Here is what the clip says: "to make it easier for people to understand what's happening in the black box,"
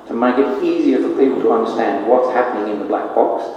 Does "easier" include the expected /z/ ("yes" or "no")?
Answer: yes